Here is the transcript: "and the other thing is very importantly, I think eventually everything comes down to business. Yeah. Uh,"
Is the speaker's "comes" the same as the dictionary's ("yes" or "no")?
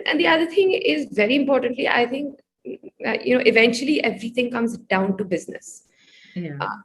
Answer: yes